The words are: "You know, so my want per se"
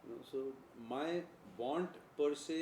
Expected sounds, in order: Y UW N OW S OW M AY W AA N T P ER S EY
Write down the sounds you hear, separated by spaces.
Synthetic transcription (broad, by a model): N OW S OW M AY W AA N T P ER S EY